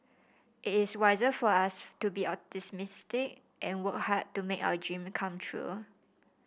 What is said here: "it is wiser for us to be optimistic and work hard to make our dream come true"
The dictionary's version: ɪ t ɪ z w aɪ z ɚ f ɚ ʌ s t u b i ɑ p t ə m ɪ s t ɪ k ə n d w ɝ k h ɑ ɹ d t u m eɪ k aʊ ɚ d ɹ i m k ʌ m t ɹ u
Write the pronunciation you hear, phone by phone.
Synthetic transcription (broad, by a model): ɪ t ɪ s w aɪ z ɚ f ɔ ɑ s t u b i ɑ t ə m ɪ s t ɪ k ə n w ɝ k h ɑ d t u m eɪ k aʊ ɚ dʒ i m k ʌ m t ɹ u